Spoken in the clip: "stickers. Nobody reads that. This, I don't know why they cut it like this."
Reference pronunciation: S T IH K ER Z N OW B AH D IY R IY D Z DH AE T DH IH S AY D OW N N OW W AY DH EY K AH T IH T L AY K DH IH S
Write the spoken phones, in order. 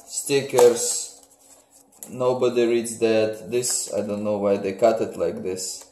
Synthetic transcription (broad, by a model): S T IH K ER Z N OW B AH D IY R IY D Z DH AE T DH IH S AY D OW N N OW W AY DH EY K AH T IH T L AY K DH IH S